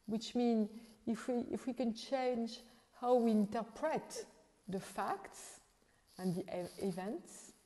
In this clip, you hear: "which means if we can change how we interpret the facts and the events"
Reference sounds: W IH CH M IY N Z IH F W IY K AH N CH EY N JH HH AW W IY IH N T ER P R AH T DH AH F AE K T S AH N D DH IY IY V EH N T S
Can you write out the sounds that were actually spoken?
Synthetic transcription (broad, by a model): W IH CH M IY N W IH F W IY K AH N CH EY N JH HH AW W IY IH N T ER P R AH T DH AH F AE K T S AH N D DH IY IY V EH N T S